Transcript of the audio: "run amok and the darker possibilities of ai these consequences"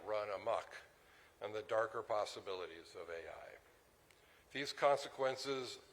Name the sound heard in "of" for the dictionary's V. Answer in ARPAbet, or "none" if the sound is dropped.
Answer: V